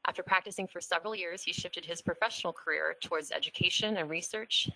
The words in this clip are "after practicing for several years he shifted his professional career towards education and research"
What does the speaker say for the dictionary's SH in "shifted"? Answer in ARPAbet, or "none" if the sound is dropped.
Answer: SH